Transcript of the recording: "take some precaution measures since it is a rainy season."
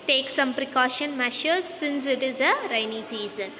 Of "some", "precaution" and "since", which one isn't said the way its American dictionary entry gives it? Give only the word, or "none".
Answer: none